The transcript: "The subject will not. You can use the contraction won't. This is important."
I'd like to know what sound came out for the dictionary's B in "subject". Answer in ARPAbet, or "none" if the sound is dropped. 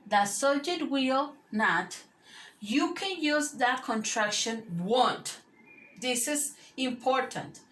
none